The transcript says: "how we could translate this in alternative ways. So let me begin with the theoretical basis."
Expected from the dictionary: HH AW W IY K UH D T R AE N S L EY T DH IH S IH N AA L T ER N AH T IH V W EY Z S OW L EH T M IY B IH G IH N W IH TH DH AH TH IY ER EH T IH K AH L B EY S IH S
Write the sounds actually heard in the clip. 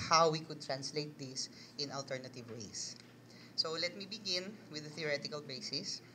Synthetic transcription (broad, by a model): HH AW W IY K UH D T R AE N S L EY T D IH S IH N AA L T ER N AH T IH V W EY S S OW L EH T M IY B IH G IH N W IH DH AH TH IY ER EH T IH K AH L B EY S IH S